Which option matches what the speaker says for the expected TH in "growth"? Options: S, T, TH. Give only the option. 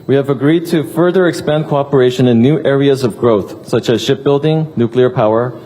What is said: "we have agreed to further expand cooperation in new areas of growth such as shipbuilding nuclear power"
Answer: TH